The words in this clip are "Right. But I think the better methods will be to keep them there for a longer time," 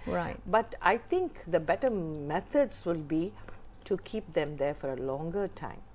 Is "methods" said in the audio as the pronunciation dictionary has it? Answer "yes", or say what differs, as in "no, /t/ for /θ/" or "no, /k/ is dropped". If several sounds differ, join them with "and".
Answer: no, /t/ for /θ/